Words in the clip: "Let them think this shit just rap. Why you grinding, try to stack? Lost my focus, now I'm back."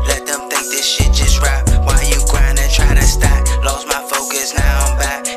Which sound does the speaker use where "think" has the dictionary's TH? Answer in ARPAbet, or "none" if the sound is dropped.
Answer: TH